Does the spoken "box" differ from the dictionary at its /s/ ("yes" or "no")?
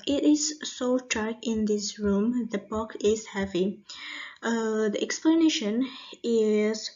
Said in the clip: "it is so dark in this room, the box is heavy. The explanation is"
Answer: yes